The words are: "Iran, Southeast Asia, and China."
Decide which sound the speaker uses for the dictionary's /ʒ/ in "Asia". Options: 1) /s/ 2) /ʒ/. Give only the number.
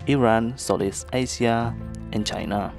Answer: 1